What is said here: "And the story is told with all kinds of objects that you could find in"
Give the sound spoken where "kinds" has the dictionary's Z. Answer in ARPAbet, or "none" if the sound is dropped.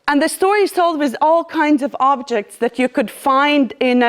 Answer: Z